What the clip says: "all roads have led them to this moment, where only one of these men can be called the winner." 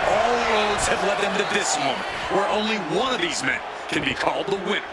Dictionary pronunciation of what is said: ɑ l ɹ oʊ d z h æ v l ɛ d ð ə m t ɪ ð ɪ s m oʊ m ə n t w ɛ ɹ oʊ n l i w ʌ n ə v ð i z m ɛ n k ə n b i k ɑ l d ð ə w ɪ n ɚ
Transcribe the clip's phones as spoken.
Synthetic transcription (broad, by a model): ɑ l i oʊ d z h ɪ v l ɛ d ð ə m t ɪ ð ɪ s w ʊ m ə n w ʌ ɹ oʊ n l i w ʌ n ə v ð i z m ɛ n k ə n b i k ɑ l d ð ə w ɪ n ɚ